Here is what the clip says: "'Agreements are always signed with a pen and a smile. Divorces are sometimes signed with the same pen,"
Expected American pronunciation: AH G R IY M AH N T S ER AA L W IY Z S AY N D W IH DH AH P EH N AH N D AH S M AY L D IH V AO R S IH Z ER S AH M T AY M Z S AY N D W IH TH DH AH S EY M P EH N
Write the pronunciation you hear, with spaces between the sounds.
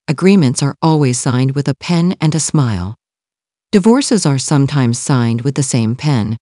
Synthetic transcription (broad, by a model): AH G R IY M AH N T S ER AA L W IY Z S AY N D W IH DH AH P EH N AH N AH S M AY L D IH V AO R S IH Z ER S AH M T AY M Z S AY N D W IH DH AH S EY M P EH N